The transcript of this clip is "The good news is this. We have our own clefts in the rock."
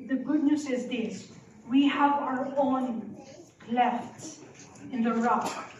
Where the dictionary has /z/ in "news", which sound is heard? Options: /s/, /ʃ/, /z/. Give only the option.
/s/